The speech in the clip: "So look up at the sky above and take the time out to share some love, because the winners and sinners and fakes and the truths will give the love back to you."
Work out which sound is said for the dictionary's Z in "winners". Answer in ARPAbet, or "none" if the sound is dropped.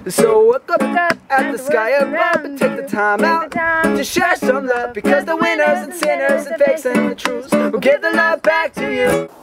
Z